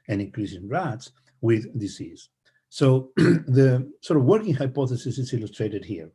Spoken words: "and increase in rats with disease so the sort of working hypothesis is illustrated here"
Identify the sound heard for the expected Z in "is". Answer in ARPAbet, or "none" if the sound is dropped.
S